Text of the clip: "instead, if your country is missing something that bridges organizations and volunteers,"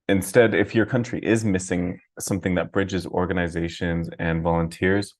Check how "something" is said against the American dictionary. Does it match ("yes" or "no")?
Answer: yes